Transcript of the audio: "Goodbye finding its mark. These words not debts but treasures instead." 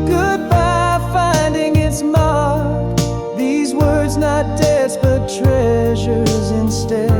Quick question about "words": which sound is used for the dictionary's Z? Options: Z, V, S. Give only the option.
Z